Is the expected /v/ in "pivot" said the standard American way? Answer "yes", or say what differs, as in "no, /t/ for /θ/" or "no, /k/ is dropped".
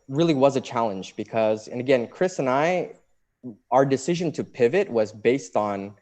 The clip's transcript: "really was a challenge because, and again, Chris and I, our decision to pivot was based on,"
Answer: yes